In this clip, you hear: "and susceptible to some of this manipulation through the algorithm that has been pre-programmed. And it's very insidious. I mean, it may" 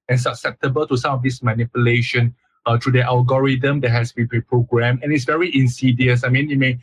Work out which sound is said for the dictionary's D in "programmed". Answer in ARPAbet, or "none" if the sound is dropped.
none